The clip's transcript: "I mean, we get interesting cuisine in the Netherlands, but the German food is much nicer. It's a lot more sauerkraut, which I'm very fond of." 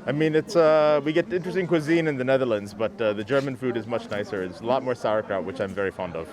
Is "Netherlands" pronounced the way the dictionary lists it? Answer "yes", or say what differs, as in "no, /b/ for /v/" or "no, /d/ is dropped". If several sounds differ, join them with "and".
yes